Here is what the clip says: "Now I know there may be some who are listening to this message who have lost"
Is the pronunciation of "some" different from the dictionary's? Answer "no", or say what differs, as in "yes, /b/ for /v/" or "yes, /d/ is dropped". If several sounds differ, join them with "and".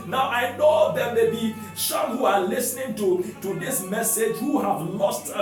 yes, /ʃ/ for /s/